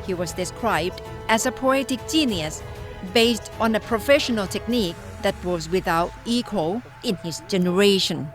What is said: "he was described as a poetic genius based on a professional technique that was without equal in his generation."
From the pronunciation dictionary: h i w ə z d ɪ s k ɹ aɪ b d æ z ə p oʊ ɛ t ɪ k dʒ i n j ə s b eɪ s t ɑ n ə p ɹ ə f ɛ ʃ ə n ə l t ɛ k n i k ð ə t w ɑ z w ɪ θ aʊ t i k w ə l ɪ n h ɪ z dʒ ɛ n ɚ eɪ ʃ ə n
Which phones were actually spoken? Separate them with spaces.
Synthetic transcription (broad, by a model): h i w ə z d ɪ s k ɹ aɪ b d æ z ə p oʊ ɛ t ɪ k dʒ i n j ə s b eɪ s t ɑ n ə p ɹ ə f ɛ ʃ ə n ə l t ɛ k n i k ð ə t w ɑ z w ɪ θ aʊ t i k w ə l ɪ n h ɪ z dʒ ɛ n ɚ eɪ ʃ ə n